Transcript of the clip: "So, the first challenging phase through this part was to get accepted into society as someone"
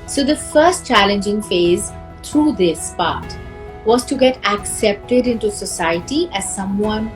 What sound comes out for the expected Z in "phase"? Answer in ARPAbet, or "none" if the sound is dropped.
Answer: Z